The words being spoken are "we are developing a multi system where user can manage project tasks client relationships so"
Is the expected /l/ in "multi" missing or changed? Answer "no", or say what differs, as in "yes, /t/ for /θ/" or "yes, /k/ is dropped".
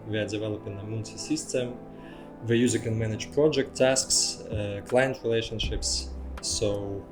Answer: yes, /n/ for /l/